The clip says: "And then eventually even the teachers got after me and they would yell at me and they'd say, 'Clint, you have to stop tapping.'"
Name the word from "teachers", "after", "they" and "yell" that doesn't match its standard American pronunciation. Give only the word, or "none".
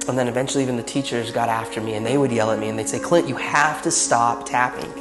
none